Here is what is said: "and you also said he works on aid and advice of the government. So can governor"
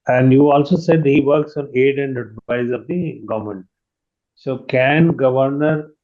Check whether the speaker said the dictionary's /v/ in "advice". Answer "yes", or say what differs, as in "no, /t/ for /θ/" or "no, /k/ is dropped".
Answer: no, /v/ is dropped